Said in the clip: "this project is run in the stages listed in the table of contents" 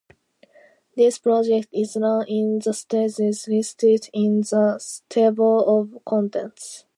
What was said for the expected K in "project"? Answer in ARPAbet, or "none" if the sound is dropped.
K